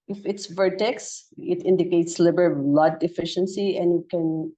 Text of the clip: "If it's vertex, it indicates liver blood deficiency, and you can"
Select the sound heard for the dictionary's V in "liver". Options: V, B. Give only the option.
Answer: B